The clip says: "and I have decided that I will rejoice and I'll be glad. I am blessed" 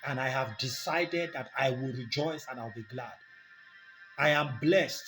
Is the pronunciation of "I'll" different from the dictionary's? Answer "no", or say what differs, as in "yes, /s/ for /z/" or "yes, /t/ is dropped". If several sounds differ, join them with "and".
no